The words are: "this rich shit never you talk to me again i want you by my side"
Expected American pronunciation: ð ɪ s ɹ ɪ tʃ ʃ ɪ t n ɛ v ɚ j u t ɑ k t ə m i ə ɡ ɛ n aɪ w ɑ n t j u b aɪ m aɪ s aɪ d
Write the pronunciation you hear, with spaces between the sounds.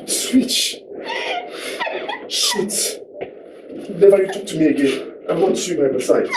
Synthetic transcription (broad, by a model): s w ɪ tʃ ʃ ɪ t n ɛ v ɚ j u t ɑ k t ə m i ə ɡ ɛ n aɪ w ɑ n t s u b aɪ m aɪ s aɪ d